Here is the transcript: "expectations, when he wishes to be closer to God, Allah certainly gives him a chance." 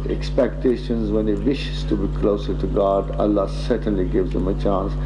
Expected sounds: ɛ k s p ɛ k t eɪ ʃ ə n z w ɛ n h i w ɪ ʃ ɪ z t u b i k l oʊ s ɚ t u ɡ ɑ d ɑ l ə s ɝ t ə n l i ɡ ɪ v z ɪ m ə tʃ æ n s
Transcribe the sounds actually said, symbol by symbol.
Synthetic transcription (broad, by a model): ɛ k s p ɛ k t eɪ ʃ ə n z w ɛ n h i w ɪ ʃ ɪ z t u b i k l oʊ s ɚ t u ɡ ɑ d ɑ l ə s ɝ t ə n l i ɡ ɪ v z ɪ m ə tʃ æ n s